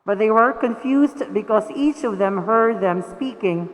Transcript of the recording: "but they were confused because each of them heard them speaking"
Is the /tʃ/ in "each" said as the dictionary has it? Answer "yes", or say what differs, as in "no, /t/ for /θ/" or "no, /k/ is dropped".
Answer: yes